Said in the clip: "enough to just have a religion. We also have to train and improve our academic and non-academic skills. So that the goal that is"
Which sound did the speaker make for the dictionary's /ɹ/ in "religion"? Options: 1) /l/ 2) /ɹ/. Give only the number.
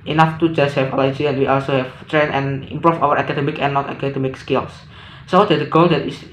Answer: 1